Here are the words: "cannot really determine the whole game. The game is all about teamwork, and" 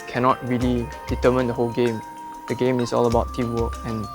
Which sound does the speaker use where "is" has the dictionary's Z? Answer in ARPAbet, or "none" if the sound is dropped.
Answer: S